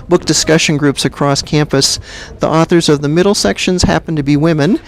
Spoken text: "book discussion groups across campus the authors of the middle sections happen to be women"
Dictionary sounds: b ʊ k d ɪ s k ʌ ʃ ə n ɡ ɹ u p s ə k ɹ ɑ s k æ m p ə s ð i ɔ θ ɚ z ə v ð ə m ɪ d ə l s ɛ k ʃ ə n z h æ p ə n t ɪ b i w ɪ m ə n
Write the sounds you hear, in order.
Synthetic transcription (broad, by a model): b ʊ k d ɪ s k ʌ ʃ ə n ɡ ɹ u p s ə k ɹ ɑ s k æ m p ə s ð i ɔ θ ɚ z ə v ð ə m ɪ d l s ɛ k ʃ ə n z h æ p n t ɪ b i w ɪ m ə n